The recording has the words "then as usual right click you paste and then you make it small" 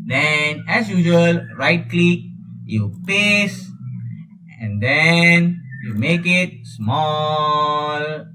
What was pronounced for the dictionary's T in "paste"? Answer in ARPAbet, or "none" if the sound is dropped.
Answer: none